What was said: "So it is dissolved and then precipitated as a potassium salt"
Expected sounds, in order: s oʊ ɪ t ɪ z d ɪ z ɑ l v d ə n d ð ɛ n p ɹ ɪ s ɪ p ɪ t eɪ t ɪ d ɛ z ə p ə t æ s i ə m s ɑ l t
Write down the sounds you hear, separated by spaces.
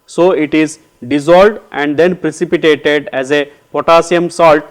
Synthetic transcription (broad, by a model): s oʊ ɪ t ɪ z d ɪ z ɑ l d ə n d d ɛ n p ɹ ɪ s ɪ p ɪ t eɪ t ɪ d ɛ z ə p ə t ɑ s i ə m s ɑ l t